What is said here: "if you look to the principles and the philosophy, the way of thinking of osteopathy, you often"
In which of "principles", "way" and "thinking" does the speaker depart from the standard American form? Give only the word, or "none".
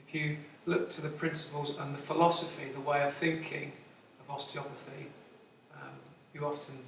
none